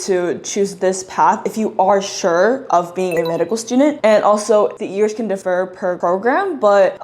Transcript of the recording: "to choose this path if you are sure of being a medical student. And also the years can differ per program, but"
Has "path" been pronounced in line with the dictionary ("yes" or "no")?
yes